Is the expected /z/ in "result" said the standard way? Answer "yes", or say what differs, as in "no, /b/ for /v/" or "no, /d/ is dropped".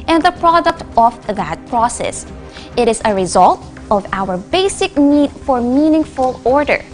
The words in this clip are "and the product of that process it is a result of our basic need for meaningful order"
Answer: yes